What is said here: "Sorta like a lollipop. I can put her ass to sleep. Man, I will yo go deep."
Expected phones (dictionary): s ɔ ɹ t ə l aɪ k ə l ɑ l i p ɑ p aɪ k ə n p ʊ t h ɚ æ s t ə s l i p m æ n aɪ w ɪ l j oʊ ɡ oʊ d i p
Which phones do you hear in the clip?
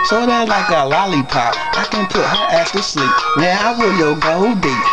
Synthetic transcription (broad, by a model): s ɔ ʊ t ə l aɪ k ə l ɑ l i p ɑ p aɪ k ə n p ʊ t h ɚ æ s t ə s l i p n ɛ aɪ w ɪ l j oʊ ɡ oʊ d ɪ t